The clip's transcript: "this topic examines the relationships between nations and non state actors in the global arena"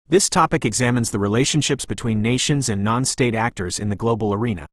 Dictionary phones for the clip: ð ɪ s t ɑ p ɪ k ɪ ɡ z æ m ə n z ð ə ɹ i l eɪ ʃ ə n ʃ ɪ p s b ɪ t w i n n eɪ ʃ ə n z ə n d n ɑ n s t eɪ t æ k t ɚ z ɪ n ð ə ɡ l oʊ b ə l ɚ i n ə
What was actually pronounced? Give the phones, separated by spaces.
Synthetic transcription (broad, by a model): ð ɪ s t ɑ p ɪ k ɪ ɡ z æ m ə n z ð ə ɹ i l eɪ ʃ ə n ʃ ɪ p s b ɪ t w i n n eɪ ʃ ə n z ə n n ɑ n s t eɪ t æ k t ɚ z ɪ n ð ə ɡ l oʊ b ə l ɚ i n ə